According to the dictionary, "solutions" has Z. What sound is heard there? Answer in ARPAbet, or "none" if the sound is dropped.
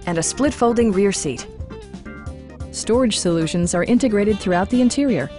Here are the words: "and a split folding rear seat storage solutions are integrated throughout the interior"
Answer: Z